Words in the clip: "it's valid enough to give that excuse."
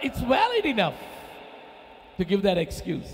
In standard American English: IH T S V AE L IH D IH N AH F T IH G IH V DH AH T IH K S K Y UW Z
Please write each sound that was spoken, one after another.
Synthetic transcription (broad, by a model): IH T S W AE L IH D IH N AH F T IH G IH V DH AH T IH K S K Y UW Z